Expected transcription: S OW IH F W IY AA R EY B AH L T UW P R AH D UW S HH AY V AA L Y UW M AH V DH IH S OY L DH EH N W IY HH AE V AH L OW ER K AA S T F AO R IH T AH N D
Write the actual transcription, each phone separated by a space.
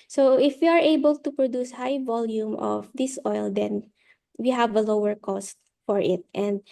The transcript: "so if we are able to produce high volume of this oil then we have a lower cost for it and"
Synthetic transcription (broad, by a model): S OW IH F W IY AA R EY B AH L T UW P R AH D UW S HH AY V AA L Y UW M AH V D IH S OY L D EH N W IY HH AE V AH L OW ER K AA S T F AO R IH T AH N D